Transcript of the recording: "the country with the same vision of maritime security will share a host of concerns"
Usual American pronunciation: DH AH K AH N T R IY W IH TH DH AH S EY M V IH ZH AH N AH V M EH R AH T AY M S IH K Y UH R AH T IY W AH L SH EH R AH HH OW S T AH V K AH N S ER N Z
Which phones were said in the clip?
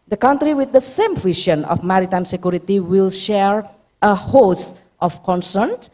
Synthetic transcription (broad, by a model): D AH K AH N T R IY W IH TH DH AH S EY M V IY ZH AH N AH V M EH R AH T AY M S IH K Y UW R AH T IY W AH L SH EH R AH HH OW S T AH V K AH N S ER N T